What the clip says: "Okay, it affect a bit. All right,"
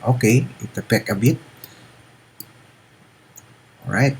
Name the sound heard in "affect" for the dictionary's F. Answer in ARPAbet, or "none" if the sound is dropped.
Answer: P